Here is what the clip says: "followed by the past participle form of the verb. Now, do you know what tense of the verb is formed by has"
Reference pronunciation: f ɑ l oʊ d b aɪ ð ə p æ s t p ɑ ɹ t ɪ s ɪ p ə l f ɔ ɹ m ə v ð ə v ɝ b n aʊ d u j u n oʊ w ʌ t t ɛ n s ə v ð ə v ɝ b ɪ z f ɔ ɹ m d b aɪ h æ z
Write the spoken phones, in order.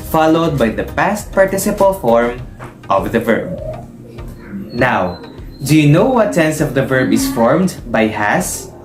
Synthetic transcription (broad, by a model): f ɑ l oʊ d b aɪ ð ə p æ s t p ɑ ɹ t ɪ s ɪ p ə l f ɔ ɹ m ə v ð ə v ɝ b n aʊ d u j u n oʊ w ʌ t s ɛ n s ə v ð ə v ɝ b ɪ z f ɔ ɹ m d b aɪ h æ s